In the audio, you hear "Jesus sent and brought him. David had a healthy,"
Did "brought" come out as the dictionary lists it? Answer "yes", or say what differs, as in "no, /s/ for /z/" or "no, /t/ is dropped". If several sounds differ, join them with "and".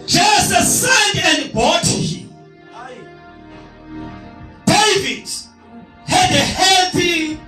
no, /ɹ/ is dropped